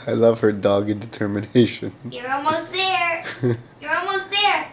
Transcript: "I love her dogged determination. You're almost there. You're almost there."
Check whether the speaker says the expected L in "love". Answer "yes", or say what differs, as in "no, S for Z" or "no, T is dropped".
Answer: yes